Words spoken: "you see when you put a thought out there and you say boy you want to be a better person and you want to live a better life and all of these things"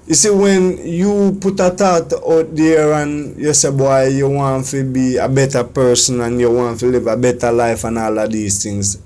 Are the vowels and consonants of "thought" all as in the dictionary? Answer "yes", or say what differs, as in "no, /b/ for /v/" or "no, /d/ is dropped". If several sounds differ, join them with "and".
no, /t/ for /θ/